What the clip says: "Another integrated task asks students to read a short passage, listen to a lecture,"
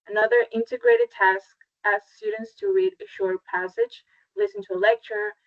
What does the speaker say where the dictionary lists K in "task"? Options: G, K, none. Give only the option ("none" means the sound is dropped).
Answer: K